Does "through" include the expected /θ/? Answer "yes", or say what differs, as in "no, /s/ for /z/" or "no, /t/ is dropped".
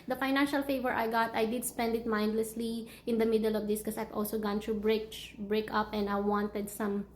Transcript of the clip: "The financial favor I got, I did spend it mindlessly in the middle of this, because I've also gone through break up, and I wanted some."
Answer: no, /t/ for /θ/